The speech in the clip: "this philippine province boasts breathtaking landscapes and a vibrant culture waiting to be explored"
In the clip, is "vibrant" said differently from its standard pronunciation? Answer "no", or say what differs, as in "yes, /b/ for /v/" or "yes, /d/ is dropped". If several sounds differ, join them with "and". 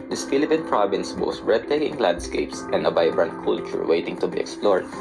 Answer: yes, /b/ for /v/